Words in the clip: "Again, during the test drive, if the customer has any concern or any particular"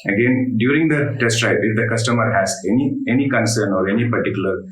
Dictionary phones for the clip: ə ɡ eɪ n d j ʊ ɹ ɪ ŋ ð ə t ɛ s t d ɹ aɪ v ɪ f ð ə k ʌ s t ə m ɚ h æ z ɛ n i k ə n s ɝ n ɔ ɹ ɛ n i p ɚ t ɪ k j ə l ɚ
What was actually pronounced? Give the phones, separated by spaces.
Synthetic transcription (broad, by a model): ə ɡ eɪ n d j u ɹ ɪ ŋ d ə t ɛ s t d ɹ aɪ p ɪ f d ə k ʌ s t ə m ɚ h æ z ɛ n i k ə n s ɝ n ɔ ɹ ɛ n i p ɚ t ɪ k j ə l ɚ